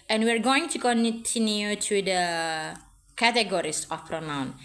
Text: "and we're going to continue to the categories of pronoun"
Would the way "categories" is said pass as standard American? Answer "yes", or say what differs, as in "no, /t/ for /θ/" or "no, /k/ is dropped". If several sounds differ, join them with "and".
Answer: no, /s/ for /z/